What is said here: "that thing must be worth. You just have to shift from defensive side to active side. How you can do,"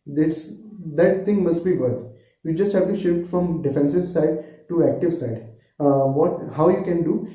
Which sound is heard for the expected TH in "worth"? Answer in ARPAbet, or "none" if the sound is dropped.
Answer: T